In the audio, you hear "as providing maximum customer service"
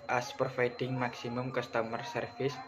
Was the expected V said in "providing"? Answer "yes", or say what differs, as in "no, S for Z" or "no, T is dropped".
no, F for V